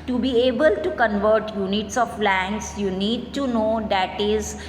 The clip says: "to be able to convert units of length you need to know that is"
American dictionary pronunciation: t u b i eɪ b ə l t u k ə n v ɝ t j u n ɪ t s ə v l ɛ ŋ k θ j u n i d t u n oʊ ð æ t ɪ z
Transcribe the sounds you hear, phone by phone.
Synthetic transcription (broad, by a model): t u b i eɪ b ə l t u k ə n v ɝ t j u n ɪ t s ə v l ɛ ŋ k s j u n i d t u n oʊ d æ t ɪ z